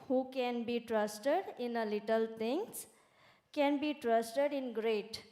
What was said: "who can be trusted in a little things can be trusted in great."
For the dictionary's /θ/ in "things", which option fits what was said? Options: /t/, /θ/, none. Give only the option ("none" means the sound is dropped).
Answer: /t/